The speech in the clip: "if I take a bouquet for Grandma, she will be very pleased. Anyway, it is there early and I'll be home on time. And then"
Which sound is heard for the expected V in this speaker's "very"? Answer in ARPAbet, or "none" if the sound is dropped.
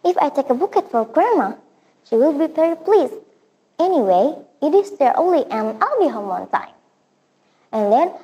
P